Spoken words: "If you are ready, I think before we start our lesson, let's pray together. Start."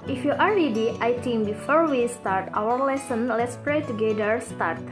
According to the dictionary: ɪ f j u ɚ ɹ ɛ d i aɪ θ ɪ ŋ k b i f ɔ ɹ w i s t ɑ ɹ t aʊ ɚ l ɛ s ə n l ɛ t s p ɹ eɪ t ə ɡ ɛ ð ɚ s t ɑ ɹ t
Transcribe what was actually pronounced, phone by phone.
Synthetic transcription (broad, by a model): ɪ f j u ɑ ɹ ɛ d i aɪ t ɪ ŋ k b i f ɔ ɹ w i s t ɑ ɹ t aʊ ɚ l ɛ s ə n l ɛ t s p ɹ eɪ t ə ɡ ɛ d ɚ s t ɑ ɹ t